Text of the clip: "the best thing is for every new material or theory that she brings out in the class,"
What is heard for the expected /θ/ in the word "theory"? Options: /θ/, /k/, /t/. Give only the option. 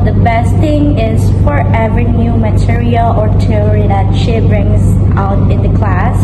/t/